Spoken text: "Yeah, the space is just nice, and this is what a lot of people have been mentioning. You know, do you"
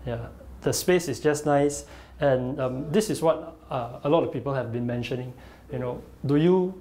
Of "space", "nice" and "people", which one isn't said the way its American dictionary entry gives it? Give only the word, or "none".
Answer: none